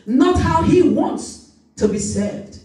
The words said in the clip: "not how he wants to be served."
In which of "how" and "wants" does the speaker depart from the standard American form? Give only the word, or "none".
none